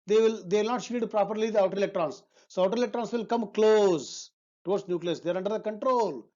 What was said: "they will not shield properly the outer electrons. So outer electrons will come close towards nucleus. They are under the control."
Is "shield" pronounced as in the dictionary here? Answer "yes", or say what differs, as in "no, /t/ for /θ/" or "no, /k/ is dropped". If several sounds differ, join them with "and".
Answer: no, /l/ is dropped